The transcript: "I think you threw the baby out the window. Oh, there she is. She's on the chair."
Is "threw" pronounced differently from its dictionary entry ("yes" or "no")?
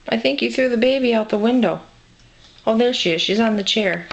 no